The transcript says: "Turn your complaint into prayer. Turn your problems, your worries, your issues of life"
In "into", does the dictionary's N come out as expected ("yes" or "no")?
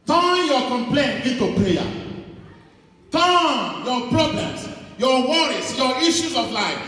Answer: no